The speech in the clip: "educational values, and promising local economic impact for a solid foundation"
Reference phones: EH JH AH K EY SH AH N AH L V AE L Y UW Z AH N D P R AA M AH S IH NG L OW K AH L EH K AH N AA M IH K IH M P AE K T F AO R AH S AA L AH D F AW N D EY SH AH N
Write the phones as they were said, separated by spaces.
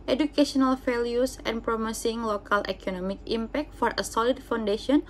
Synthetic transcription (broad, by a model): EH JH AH K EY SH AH N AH L F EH L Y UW S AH N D P R AA M AH S IH NG L OW K AH L EH K AH N AA M IH K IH M P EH K T F AO R AH S AA L AH D F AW N D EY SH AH N